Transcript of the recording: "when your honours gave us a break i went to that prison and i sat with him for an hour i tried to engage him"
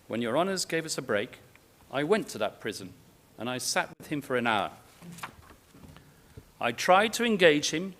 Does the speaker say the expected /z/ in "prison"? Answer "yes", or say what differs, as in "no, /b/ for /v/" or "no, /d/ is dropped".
yes